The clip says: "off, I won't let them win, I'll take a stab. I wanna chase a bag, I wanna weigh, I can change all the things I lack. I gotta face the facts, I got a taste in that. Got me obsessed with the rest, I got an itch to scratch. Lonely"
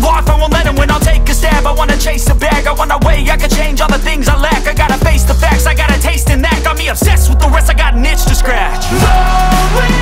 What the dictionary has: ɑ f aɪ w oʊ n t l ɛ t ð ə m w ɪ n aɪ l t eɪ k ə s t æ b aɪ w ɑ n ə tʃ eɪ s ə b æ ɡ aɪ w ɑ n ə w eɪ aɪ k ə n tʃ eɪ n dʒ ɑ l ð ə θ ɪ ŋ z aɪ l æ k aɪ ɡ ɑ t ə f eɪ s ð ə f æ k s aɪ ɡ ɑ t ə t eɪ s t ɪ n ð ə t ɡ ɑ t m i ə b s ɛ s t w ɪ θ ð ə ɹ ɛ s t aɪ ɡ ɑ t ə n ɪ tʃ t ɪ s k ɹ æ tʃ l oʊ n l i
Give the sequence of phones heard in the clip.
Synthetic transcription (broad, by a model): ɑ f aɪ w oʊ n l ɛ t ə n w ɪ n aɪ l t eɪ k ə s t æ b aɪ w ɑ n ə tʃ eɪ s ə b æ ɡ aɪ w ɑ n ə w eɪ aɪ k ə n tʃ eɪ n dʒ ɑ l ð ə θ ɪ ŋ z aɪ l æ k aɪ ɡ ɑ t ə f eɪ s ð ə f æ k s aɪ ɡ ɑ t ə t eɪ s t ɪ n ð ə t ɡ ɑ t m i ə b s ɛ s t w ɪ ð ə ɹ ɛ s t aɪ ɡ ɑ t n ɪ tʃ t ɪ s k ɹ æ tʃ